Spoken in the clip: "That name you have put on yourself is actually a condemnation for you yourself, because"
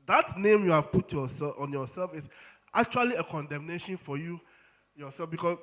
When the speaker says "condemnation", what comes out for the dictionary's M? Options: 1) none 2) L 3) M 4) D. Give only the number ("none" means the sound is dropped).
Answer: 3